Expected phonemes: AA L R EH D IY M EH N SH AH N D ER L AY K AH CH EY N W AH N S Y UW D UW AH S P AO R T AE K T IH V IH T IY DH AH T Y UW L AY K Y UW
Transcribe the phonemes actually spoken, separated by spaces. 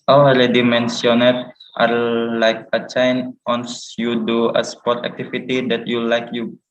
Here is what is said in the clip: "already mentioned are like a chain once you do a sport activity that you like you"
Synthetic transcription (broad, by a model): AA L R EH D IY M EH N S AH N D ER L AY K AH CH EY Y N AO N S Y UW D UW AH S P AO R T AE K T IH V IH T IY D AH T Y UW L AY K Y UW